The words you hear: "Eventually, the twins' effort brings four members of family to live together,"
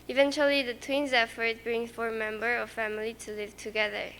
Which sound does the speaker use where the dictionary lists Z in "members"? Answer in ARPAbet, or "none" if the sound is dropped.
none